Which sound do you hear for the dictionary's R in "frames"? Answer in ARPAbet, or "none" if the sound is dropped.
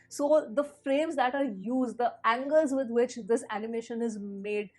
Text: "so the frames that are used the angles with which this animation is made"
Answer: R